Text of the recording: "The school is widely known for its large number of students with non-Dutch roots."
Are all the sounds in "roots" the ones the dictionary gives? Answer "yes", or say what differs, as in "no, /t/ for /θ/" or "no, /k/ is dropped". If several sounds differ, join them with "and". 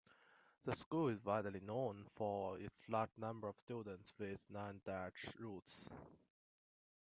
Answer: yes